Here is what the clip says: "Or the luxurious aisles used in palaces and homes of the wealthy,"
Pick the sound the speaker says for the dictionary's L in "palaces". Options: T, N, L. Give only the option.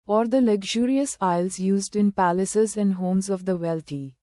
L